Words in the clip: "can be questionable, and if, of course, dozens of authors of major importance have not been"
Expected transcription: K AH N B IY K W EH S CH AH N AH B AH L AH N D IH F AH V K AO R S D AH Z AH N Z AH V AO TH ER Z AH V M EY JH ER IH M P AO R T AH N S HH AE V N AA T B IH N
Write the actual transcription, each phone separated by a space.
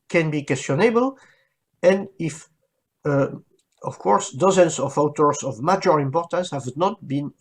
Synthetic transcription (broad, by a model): K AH N B IY K W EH S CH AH N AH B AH L AH N D IH F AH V K AO R S D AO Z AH N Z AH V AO T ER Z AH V M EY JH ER IH M P AO R T AH N S HH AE V N AA T B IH N